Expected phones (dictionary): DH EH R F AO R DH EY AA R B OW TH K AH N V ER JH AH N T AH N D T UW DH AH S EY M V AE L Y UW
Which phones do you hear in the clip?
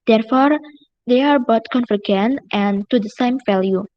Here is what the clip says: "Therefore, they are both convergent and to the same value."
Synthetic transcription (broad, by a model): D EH R F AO R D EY AA R B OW T K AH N F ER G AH N T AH N T UW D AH S EY M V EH L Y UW